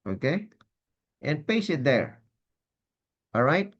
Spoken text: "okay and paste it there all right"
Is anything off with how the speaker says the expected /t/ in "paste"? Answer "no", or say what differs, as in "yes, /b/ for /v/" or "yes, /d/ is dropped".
yes, /t/ is dropped